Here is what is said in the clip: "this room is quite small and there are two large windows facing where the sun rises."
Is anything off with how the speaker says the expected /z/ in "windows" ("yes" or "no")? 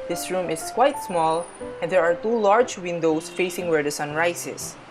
yes